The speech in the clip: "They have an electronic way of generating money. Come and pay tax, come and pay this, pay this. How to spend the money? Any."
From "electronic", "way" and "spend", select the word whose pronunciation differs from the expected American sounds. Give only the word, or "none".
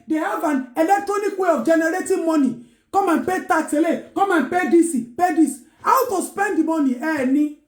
none